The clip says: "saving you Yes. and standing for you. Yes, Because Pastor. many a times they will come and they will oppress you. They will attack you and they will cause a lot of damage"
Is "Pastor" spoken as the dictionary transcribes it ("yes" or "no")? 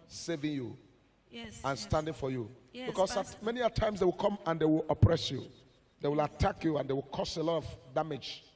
no